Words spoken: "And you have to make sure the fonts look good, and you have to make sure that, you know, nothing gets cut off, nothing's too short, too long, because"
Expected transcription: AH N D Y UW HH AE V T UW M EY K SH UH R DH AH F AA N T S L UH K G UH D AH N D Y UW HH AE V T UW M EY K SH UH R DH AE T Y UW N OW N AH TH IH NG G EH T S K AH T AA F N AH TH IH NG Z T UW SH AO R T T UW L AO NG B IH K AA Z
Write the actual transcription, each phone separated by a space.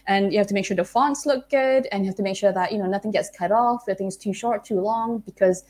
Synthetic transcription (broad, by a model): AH N Y UW HH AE F T UW M EY K SH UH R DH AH F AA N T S L UH K G UH D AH N Y UW HH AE F T UW M EY K SH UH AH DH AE T Y UW N OW N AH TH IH NG G EH T S K AH T AA F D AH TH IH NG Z T UW SH AO R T T UW L AO NG B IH K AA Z